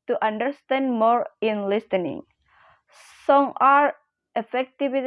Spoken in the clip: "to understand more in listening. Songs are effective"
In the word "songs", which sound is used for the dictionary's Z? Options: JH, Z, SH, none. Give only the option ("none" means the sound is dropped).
none